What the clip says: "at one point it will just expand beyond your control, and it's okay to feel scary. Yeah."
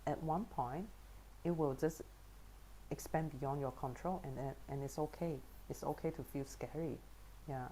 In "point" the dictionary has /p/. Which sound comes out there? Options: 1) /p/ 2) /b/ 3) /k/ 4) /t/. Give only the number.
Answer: 1